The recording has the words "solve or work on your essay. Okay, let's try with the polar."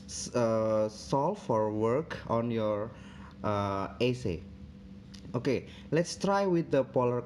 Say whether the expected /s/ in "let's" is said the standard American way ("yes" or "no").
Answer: yes